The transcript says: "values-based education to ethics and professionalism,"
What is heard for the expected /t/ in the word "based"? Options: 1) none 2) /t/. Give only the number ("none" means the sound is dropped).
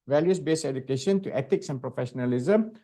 1